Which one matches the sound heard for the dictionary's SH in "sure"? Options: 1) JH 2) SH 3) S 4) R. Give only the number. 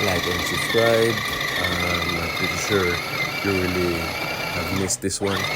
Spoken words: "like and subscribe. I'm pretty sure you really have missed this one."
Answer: 3